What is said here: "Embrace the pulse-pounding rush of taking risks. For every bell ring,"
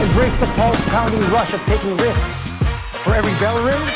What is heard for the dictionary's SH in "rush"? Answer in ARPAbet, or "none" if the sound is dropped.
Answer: SH